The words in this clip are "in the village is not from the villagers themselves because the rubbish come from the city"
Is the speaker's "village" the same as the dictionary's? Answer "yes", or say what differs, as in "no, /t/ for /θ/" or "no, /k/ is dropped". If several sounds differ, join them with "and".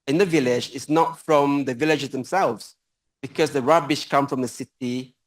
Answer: yes